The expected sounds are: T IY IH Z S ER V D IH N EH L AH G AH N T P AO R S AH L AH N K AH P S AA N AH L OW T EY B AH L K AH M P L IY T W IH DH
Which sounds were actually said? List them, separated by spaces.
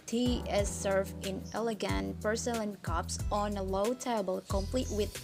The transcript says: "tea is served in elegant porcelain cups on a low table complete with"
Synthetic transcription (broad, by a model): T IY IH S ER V IH N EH L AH G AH N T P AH R S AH L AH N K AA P S AA N AH L OW T EY B AH L K AH M P L IY T W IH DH